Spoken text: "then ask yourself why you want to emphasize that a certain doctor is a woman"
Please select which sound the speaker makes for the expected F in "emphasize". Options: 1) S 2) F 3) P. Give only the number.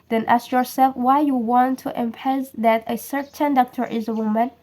3